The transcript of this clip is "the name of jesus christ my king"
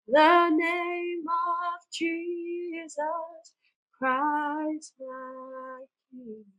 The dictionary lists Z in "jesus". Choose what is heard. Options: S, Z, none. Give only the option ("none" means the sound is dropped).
Z